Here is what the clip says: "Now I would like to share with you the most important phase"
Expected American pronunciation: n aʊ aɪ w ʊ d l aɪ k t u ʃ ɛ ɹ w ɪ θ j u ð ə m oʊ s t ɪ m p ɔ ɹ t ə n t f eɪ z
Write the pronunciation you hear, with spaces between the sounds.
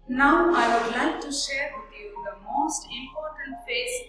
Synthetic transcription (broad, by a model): n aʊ aɪ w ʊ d l aɪ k t u ʃ ɛ ɹ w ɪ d j u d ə m oʊ s t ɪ m p ɔ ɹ t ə n t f eɪ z